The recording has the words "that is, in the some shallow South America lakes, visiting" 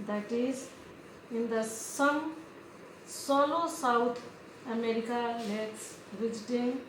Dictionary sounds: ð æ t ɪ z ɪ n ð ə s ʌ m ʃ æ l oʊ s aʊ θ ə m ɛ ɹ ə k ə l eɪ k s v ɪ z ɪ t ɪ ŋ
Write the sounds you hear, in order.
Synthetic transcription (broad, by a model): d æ t ɪ z ɪ n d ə s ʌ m s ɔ l oʊ s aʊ t ə m ɛ ɹ ə k ə l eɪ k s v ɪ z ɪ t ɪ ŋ